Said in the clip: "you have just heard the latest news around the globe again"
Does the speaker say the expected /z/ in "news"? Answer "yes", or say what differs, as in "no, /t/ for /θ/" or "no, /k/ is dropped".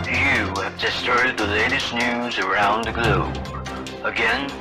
yes